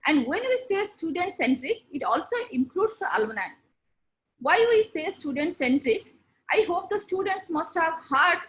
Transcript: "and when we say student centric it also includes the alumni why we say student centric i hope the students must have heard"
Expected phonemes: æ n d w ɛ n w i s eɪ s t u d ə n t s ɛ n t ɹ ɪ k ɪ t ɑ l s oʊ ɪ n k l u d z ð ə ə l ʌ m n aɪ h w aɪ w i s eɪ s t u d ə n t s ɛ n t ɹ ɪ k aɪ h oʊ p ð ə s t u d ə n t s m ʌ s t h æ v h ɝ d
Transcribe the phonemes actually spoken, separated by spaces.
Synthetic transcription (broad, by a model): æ n d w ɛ n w i s eɪ s t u d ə n t s ɛ n t ɹ ɪ k ɪ t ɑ l s oʊ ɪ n k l u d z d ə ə l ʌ n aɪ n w aɪ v i s eɪ s t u d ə n t s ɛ n t ɹ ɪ k aɪ h oʊ p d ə s t u d ə n t s m ʌ s t h æ v h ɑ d